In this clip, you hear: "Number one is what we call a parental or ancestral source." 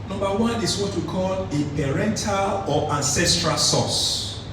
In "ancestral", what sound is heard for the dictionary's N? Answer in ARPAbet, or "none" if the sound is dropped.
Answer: N